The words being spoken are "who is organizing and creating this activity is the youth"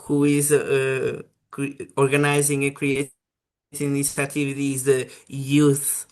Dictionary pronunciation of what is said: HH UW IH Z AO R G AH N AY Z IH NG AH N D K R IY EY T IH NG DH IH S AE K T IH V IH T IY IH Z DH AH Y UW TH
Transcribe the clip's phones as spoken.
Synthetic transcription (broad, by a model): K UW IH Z AO R G AH N AY Z IH NG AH K R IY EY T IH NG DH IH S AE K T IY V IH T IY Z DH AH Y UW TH